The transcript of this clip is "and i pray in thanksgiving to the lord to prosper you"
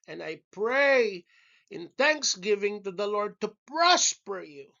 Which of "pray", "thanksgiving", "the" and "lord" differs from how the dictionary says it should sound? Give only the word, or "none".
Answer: none